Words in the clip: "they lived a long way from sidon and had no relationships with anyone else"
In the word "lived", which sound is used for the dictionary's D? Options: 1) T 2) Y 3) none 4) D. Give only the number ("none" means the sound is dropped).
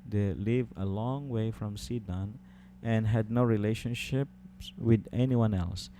3